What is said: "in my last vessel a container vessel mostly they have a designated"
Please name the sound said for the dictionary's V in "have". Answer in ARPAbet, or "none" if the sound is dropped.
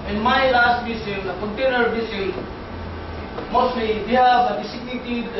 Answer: B